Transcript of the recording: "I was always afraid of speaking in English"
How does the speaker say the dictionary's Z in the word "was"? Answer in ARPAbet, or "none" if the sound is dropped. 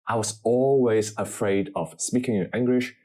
Z